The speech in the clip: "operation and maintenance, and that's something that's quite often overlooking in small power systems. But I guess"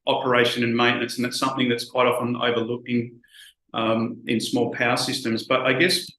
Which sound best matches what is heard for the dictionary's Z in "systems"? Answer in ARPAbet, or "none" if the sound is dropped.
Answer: Z